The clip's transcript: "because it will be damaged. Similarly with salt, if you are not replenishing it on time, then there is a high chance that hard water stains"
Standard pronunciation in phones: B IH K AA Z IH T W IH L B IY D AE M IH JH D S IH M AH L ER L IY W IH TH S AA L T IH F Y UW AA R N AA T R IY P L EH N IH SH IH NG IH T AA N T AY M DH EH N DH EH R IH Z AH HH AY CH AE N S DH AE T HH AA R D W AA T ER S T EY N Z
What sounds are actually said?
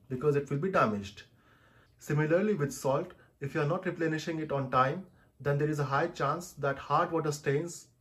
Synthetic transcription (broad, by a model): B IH K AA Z IH T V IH L B IY D AE M IH JH D S IH M AH L ER L IY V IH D S AA L T IH F Y UW AA R N AA T R IY P L EH N IH SH IH NG IH T AA N T AY M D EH N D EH R IH Z AH HH AY CH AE N S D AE T HH AA R D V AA T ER S T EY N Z